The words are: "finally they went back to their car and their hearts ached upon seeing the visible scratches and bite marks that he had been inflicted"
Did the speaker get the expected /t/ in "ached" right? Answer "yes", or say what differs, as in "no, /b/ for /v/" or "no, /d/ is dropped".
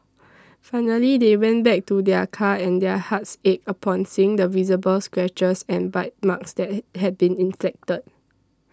no, /t/ is dropped